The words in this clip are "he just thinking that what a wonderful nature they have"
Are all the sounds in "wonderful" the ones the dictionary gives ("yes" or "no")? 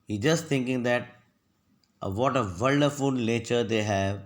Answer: no